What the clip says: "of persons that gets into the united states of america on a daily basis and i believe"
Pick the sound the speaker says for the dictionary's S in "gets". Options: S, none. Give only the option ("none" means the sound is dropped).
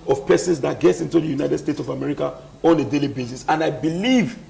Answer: S